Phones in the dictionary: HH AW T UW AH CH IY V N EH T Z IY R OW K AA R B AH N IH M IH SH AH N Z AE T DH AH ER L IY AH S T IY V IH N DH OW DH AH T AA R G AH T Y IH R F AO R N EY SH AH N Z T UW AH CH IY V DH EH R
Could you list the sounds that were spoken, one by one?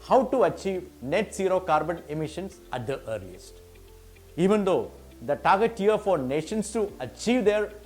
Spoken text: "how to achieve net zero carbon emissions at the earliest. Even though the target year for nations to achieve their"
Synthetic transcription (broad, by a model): HH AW T UW AH CH IY V N EH T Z IY R OW K AA R B AH N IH M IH SH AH N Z AE T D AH ER L IY AH S T IY V IH N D OW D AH T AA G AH T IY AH R F AO R N EY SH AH N S T UW AH CH IY V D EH R